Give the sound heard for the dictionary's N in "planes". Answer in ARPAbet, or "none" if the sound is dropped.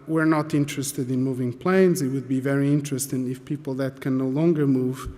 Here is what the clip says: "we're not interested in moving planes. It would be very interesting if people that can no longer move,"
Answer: N